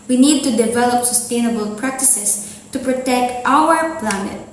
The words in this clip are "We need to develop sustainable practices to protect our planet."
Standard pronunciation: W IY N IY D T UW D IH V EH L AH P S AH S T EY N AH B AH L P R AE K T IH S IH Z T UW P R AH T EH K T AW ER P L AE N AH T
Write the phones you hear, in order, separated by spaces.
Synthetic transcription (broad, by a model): W IY N IY D T UW D IH V EH L AH P S AH S T EY N AH B AH L P R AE K T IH S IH S T UW P R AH T EH K T AW ER P L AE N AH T